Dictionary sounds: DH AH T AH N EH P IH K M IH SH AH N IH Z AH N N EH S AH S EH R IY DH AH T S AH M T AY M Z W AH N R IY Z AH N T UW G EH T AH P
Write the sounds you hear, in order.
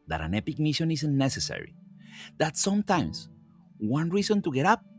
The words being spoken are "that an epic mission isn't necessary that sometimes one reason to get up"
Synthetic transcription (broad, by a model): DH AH T AH N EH P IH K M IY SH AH N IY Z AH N N EH S AH S EH R IY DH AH T S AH M T AY M S W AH N R IY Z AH N T UW G EH T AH P